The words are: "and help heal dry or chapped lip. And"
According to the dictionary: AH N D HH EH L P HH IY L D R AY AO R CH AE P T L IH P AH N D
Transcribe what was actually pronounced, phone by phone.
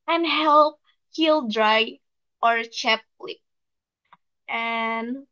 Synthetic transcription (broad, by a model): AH N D HH EH L P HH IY L D R AY AO R CH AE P L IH AH N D